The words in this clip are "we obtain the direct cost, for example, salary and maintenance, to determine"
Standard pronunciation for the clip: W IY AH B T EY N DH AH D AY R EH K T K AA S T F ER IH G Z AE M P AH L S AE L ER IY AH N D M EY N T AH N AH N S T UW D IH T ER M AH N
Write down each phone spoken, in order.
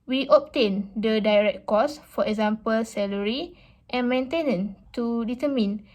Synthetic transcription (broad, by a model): W IY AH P T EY N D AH D AY R EH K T K AA S F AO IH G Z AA M P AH L S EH L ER IY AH N M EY N T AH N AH N T UW D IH T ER M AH N